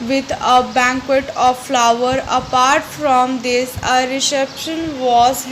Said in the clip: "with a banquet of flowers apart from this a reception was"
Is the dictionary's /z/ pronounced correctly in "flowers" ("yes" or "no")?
no